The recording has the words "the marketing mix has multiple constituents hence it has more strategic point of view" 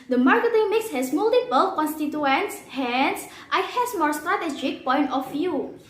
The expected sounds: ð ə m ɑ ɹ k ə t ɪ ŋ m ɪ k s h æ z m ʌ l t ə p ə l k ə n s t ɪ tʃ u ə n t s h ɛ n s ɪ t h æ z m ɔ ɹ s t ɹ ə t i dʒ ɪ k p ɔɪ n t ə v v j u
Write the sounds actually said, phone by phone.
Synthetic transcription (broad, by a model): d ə m ɑ ɹ k ə t ɪ ŋ m ɪ k s h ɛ s m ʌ l t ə p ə l k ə n s t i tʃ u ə n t s h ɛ n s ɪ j h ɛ s m ɔ ɹ s t ɹ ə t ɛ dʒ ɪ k p ɔɪ n t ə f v j u